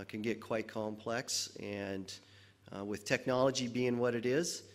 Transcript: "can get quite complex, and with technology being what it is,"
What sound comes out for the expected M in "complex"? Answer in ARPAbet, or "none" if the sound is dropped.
M